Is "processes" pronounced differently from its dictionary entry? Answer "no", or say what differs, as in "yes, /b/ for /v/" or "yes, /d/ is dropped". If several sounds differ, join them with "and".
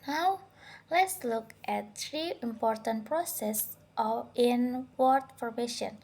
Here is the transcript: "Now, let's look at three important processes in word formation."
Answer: yes, /z/ is dropped